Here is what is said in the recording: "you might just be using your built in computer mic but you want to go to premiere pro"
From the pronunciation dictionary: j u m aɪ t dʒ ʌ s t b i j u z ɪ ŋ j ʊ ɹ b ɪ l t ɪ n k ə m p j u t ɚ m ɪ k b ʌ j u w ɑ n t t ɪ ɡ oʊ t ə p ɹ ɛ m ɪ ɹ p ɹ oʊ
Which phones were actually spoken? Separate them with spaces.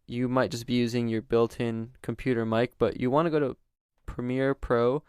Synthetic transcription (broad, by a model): j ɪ m aɪ t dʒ ʌ s b i j u z ɪ ŋ j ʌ ɹ b ɪ l t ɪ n k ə m p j u t ɚ m ɪ k b ʌ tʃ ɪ w ɑ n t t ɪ ɡ oʊ t ə p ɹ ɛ m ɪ ɹ p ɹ oʊ